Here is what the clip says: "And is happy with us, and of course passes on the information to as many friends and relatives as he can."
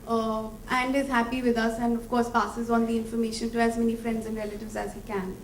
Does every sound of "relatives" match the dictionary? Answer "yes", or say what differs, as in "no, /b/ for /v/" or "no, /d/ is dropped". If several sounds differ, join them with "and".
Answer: yes